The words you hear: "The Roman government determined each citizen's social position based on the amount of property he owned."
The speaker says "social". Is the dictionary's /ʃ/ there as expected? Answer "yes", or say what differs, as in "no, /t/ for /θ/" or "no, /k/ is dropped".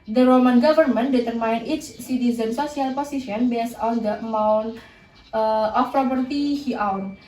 no, /s/ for /ʃ/